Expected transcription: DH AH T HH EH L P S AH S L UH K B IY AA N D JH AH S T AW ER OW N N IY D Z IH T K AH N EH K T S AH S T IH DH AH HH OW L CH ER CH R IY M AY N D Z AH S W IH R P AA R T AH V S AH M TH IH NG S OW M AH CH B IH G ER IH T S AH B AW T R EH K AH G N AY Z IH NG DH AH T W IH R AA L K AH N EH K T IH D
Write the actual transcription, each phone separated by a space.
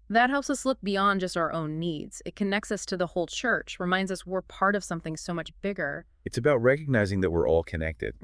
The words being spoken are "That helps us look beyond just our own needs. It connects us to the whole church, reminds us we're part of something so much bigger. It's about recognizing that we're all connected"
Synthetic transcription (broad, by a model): DH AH T HH EH L P S AH S L UH K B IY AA N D JH AH S T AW ER OW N N IY D Z IH T K AH N EH K T S AH S T IH DH AH HH OW L CH ER CH R IY M AY N D Z AH S W IH R P AA R T AH V S AH M TH IH NG S OW M AH CH B IH G ER IH T S AH B AW T R EH K AH G N AY Z IH NG DH AH T W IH R AA L K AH N EH K T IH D